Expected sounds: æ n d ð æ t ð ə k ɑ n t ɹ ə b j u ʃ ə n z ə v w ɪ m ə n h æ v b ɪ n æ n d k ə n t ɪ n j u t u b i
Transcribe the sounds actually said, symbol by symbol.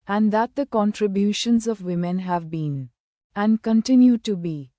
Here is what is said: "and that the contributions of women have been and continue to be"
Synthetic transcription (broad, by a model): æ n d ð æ t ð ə k ɑ n t ɹ ə b j u ʃ ə n z ə v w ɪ m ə n h æ v b ɪ n æ n d k ə n t ɪ n j u t u b i